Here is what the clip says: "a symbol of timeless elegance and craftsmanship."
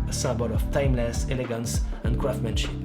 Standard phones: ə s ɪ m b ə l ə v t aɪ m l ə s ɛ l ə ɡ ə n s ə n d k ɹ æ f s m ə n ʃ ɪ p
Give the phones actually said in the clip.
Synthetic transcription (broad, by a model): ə s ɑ b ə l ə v t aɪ m l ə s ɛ l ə ɡ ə n s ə n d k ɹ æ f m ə n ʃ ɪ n